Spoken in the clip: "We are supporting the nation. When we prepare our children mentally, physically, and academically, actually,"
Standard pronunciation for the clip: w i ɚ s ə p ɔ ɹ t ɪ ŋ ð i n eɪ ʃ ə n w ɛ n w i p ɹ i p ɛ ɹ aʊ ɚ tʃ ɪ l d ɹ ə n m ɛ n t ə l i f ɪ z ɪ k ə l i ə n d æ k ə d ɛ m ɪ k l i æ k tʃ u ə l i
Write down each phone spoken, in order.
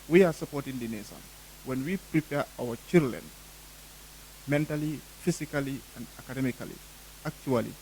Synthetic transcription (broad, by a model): w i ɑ s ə p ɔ t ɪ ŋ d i n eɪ s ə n w ɛ n w i p ɹ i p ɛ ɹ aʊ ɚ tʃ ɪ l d l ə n m ɛ n t ə l i f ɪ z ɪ k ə l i ə n d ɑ k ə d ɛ m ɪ k l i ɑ k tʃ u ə l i